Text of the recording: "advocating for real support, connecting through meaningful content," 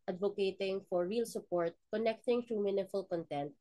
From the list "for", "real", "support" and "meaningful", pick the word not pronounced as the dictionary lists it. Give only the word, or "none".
meaningful